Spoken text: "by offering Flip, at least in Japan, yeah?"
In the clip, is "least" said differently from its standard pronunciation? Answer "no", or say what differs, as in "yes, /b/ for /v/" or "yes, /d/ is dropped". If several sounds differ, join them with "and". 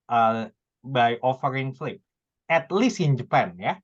yes, /t/ is dropped